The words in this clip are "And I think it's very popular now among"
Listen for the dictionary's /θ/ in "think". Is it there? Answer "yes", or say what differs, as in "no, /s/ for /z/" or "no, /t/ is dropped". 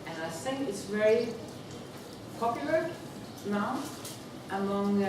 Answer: no, /s/ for /θ/